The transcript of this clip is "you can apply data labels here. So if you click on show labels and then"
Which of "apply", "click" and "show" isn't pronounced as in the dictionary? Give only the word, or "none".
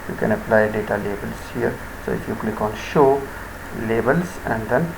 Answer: none